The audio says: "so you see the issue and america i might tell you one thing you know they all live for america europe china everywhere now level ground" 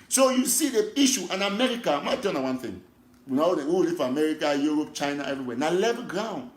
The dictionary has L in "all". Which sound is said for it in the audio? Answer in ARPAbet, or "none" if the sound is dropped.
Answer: W